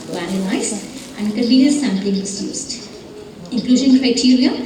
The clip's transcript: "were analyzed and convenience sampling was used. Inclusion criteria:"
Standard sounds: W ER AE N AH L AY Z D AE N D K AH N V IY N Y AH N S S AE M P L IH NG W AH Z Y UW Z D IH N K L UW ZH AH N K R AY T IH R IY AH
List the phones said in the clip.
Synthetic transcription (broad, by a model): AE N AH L AY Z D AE N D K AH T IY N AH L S S AE M P L IH NG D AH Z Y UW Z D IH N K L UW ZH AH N K R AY T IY R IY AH